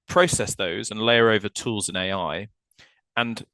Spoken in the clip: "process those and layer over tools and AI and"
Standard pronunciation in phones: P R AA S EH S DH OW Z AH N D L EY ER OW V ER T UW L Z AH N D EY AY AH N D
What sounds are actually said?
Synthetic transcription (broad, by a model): P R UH S EH S DH OW Z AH N L EY ER OW V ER T UW L Z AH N EY AY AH N